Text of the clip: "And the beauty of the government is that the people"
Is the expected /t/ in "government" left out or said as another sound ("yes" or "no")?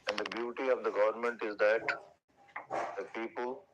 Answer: no